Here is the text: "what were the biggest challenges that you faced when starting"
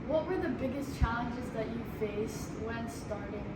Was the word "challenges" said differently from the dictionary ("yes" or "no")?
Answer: no